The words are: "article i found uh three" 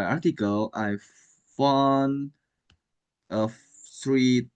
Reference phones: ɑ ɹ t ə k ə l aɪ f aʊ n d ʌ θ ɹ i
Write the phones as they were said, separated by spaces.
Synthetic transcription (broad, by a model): ɑ t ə k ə l aɪ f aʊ n ʌ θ ɹ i